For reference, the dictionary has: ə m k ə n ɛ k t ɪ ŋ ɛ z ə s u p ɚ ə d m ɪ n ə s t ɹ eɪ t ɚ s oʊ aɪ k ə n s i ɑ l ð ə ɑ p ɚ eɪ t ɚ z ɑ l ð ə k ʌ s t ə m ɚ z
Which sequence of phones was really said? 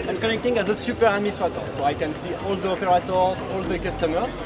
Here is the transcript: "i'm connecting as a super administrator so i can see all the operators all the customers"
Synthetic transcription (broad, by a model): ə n k ə n ɛ k t ɪ ŋ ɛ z ə s u p ɚ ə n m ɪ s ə t ɔ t s oʊ aɪ k ə n s i ɑ l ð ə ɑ p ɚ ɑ t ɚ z ɑ l ð ə k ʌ s t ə m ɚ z